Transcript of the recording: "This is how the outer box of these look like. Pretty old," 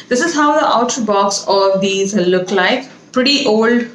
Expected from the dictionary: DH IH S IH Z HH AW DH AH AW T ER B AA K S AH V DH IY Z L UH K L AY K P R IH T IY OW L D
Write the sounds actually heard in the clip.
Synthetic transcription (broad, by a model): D IH S IH Z HH AW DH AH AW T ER B AA K S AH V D IY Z L UH K L AY K P R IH T IY OW L D